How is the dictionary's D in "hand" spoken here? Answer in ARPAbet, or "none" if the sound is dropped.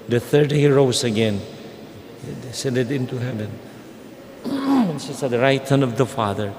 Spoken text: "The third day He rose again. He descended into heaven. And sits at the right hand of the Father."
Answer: none